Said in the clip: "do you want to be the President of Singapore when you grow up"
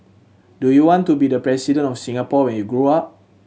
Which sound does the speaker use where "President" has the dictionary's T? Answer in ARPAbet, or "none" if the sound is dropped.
none